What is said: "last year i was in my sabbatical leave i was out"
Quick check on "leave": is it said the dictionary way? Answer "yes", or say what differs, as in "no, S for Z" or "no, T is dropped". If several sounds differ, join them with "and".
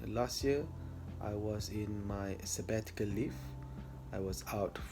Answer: no, F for V